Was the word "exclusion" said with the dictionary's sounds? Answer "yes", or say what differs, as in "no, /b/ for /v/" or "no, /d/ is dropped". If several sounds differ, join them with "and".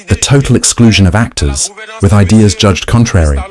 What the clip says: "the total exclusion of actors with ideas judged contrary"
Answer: yes